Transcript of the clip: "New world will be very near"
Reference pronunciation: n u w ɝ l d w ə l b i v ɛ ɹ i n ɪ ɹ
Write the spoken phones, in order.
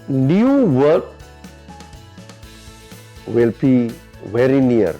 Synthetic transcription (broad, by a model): n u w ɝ d w ə l b i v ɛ ɹ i n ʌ ɹ